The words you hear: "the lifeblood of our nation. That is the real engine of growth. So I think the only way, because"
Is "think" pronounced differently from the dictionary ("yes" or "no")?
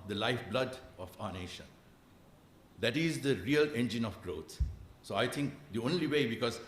yes